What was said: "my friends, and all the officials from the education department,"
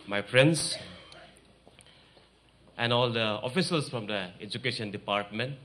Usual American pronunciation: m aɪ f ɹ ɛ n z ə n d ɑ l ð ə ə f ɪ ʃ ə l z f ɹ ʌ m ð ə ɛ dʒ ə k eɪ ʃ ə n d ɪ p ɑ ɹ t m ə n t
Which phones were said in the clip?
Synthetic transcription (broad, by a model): m aɪ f ɹ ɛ n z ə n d ɑ l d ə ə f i s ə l s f ɹ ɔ m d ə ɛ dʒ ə k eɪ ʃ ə n d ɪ p ɑ ɹ t m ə n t